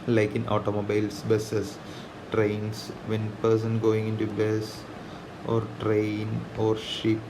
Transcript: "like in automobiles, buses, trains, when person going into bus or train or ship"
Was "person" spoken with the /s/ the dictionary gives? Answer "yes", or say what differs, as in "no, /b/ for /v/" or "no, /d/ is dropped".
yes